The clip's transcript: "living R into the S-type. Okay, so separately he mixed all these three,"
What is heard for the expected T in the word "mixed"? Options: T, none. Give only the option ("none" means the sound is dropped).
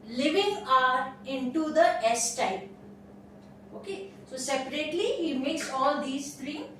none